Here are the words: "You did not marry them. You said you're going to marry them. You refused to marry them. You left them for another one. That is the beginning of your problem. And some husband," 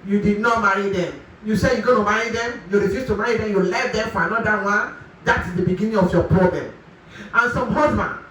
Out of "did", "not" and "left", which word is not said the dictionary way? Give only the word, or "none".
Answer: left